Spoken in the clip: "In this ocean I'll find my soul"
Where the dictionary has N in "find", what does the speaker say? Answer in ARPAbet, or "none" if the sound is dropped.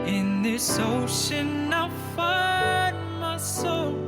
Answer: none